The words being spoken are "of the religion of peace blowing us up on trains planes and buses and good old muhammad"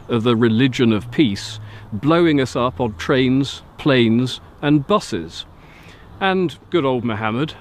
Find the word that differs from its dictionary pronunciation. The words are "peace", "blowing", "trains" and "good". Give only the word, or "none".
none